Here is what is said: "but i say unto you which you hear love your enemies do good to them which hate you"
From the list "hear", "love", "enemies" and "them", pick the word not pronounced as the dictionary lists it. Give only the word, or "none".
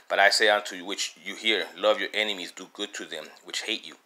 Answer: none